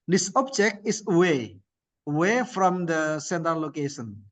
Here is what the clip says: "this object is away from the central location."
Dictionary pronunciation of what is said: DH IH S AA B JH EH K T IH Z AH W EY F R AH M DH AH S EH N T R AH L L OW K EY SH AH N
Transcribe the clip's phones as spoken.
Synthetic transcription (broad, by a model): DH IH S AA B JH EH K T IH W AH W EY F R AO M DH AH S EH N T AH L L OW K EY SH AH N